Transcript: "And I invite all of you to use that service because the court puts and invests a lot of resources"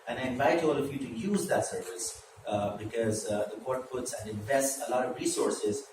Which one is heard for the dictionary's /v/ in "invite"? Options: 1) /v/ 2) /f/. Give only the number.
1